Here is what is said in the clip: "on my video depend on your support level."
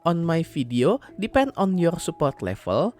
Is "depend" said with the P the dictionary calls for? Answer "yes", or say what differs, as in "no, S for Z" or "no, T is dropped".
yes